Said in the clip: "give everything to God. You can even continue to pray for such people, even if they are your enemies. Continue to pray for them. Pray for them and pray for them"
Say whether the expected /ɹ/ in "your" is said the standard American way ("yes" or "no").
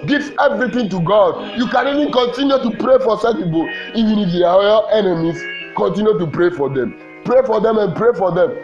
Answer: no